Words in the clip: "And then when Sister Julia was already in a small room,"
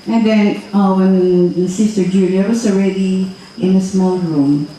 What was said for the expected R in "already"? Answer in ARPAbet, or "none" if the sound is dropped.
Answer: R